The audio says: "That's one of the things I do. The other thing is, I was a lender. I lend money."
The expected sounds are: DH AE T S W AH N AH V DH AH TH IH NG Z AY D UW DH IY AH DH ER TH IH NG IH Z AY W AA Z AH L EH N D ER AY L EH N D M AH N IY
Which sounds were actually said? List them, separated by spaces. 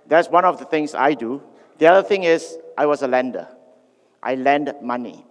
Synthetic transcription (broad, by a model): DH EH T S W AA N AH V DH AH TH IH NG S AY D UW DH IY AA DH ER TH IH NG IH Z AY W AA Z AH L EH N D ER AY L EH N D M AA N IY